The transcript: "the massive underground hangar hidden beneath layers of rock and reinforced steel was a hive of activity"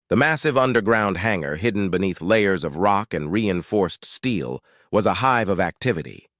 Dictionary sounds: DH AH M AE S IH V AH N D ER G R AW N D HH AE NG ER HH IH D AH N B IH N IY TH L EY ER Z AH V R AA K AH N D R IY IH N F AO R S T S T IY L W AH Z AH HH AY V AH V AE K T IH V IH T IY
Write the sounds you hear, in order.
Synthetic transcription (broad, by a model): DH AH M AE S IH V AH N D ER G R AW N D HH AE NG ER HH IH D N B IH N IY TH L EY ER Z AH V R AA K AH N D R IY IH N F AO R S T S T IY L W AH Z AH HH AY V AH V AE K T IH V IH T IY